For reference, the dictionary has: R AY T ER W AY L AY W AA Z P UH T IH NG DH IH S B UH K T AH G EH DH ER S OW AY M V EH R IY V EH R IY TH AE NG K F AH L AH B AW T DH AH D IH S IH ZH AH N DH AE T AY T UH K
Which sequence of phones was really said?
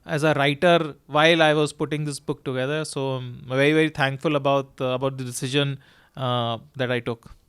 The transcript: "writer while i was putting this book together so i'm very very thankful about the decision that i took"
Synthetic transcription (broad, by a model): R AY T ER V AY L AY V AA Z P UH T IH NG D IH S B UH K T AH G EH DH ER S OW V EH R IY V EH R IY T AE NG K F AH L AH B AW T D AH D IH S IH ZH AH N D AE T AY T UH K